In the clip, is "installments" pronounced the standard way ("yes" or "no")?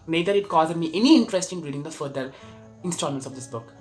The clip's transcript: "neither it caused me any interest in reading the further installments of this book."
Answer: no